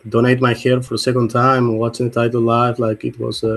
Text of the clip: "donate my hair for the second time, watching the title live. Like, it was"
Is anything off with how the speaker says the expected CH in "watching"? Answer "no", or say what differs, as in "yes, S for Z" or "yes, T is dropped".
yes, S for CH